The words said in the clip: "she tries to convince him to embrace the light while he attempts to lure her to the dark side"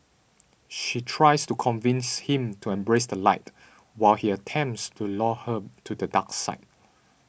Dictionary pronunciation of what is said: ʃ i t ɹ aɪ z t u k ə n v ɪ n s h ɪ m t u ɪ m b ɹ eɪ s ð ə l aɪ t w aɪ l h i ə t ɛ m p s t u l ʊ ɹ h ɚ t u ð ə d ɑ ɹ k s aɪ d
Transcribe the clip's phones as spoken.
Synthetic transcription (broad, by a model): ʃ i t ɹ aɪ s t u k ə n v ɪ n s h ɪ m t u ɪ m b ɹ eɪ s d ə l aɪ t w aɪ l h i ə t ɛ m p s t u l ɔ h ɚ t u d ə d ɑ k s aɪ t